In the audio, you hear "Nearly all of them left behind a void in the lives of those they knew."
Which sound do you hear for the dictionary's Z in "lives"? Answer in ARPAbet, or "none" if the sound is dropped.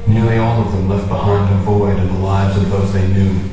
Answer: Z